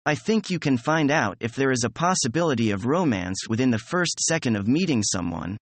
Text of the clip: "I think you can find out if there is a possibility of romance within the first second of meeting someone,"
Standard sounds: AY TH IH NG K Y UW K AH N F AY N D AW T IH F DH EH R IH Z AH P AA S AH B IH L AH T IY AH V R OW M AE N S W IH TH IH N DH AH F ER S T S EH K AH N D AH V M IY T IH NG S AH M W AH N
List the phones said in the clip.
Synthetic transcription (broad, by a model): AY TH IH NG K Y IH K AH N F AY N D AW T IH F DH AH R IH Z AH P AA S AH B IH L AH T IY AH V R OW M AE N S W IH TH IH N DH AH F ER S T S EH K AH N D AH V M IY T IH NG S AH M W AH N